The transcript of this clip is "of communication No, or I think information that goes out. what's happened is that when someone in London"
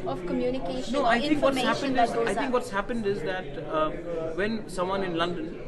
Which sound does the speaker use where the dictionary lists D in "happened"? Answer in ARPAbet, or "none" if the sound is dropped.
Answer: D